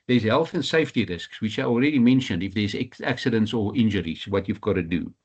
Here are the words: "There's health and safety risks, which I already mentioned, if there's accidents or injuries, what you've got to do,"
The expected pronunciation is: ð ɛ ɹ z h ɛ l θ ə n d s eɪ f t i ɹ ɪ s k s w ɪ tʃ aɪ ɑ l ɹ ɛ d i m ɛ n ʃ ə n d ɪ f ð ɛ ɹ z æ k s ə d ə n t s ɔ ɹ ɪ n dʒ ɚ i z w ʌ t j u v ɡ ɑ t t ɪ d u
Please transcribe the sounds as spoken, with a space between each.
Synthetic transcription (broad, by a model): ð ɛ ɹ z h ɛ l θ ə n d s eɪ f t i ɹ ɪ s k s w ɪ tʃ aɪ ɑ l ɹ ɛ d i m ɛ n ʃ ə n d ɪ f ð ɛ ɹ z æ k s ə d ə n t s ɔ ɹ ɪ n dʒ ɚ i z w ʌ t j u v ɡ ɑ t t ɪ d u